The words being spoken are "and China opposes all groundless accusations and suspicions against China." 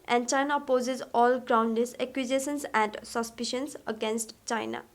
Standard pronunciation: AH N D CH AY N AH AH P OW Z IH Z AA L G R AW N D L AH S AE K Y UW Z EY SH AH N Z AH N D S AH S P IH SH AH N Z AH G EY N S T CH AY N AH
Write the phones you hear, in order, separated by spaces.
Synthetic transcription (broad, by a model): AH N D CH AY N AH P OW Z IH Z AA L G R AW N D AH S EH K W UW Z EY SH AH N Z AH N D S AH S P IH SH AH N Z AH G EY N S T CH AY N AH